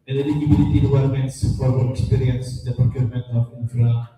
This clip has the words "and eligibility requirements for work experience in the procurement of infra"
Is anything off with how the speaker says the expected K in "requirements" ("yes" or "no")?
yes